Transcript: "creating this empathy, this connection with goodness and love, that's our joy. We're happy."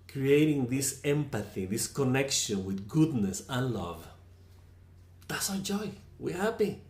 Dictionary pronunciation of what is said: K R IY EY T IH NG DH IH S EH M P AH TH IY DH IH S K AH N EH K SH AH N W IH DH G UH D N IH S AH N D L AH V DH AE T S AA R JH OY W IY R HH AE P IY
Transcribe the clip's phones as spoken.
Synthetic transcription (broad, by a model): K R IY EY T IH NG DH IH S EH M P AH TH IY DH IH S K AH N EH K SH AH N W IH DH G UH D N IH S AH N L AH V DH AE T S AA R JH OY W IY R HH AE P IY